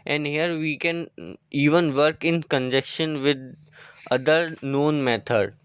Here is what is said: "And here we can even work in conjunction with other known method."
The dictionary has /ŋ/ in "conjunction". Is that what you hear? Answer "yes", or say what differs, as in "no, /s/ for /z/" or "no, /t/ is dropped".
no, /ŋ/ is dropped